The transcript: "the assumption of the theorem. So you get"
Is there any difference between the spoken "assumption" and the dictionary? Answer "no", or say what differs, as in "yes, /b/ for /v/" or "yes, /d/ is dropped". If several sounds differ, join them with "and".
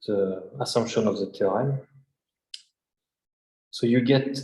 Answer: no